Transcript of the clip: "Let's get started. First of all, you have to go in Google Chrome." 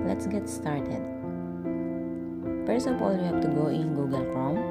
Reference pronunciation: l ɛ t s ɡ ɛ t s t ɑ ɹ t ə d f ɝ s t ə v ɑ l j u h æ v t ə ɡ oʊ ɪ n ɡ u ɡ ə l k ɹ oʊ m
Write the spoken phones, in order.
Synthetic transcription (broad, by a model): l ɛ t s ɡ ɛ t s t ɑ ɹ t ə d p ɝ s ə p ɑ l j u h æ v t ə ɡ oʊ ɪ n ɡ u ɡ ə l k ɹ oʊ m